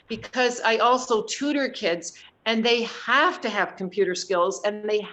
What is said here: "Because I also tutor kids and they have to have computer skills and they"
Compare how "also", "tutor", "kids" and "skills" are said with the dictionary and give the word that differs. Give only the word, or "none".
none